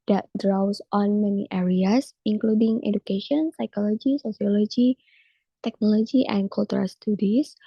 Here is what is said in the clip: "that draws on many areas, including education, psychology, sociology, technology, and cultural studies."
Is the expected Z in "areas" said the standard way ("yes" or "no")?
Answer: no